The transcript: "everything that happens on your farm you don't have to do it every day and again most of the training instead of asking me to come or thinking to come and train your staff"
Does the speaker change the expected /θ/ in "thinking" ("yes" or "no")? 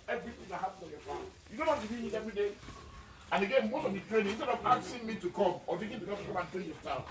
yes